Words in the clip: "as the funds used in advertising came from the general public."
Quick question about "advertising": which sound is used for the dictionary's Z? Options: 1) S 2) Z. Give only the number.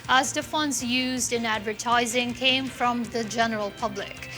2